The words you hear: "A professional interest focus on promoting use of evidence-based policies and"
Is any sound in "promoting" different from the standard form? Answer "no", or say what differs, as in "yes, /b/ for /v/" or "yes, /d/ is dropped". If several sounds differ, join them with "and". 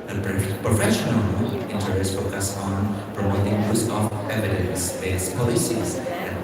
yes, /f/ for /p/